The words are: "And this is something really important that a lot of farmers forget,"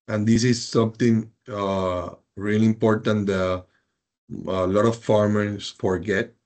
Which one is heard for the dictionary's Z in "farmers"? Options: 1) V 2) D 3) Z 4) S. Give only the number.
4